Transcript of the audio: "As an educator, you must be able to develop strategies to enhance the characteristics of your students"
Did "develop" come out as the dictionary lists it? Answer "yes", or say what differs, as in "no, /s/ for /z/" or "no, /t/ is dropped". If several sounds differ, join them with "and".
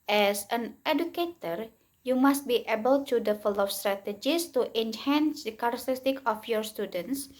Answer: no, /f/ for /v/ and /f/ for /p/